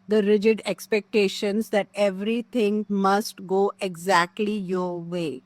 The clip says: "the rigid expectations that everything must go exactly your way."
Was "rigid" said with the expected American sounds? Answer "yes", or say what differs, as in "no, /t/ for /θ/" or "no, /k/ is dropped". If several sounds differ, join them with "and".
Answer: yes